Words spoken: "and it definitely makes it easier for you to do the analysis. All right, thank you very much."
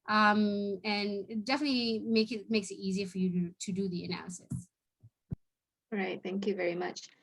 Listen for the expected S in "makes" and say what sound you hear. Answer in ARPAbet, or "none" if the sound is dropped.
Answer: S